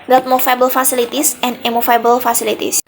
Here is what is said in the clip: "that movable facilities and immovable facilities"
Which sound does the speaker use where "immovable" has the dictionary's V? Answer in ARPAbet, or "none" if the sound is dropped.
F